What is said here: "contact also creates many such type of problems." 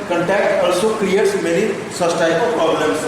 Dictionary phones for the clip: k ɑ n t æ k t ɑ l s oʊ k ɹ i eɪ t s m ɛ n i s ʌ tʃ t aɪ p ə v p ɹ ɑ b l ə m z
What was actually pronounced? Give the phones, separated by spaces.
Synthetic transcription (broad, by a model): k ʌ n t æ k t ɑ l s oʊ k ɹ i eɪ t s m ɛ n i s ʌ s t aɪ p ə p ɹ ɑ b l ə m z